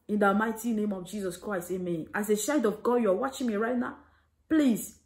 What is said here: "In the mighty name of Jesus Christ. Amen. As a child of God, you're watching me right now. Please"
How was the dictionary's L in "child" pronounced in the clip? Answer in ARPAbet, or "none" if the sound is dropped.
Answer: none